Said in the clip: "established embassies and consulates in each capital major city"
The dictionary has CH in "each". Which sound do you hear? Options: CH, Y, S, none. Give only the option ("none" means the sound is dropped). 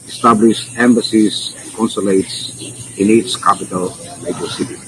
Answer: S